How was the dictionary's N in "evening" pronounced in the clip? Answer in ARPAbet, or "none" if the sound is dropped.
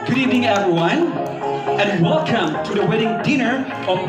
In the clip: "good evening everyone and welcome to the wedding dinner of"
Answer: none